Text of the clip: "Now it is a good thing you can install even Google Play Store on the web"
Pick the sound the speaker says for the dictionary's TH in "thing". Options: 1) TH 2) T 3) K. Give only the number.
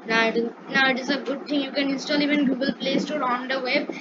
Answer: 2